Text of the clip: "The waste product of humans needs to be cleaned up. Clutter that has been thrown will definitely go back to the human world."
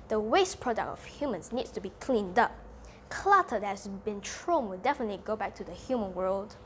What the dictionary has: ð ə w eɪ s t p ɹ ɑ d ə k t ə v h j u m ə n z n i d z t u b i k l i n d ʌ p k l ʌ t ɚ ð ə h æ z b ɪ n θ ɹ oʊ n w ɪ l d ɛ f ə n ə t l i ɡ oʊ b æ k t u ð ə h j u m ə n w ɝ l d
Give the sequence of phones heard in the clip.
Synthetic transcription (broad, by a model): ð ə w eɪ s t p ɹ ɑ d ə k t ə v h j u m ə n s n i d s t u b i k l i n d ʌ p k l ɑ t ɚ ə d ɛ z b ɪ n t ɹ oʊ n w ɪ l d ɛ f ə n ə t l i ɡ oʊ b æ k t u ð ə h j u m ə n w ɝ l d